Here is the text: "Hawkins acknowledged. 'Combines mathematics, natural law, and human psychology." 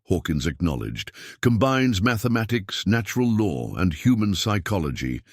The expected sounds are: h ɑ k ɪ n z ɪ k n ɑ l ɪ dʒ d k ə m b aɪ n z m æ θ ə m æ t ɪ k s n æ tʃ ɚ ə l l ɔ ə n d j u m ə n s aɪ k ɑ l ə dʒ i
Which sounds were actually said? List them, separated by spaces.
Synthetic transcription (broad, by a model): h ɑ k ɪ n z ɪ k n ɑ l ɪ dʒ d k ə m b aɪ n z m æ θ ə m æ t ɪ k s n æ tʃ ɚ ə l l ɔ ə n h j u m ə n s aɪ k ɑ l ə dʒ i